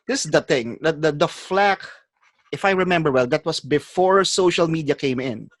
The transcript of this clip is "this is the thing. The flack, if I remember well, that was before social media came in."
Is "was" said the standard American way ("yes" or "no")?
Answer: no